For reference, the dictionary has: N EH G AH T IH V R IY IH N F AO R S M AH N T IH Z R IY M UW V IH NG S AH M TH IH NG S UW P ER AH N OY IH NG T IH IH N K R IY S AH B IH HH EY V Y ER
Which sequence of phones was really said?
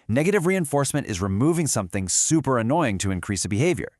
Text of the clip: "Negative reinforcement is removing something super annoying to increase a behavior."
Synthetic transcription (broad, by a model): N EH G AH T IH V R IY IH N F AO R S M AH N T IH Z R IY M UW V IH NG S AH M TH IH NG S UW P ER AH N OY IH NG T IH IH N K R IY S AH B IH HH EY V Y ER